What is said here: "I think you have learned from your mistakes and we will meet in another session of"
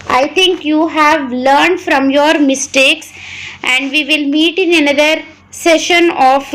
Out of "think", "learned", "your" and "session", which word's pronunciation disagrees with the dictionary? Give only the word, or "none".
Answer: think